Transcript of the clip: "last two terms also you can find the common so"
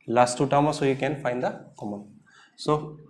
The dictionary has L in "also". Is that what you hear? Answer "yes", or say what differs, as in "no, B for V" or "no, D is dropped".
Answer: no, L is dropped